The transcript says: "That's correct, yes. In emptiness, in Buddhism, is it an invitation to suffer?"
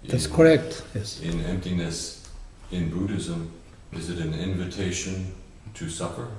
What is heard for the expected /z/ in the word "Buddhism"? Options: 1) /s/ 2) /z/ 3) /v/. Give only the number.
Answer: 2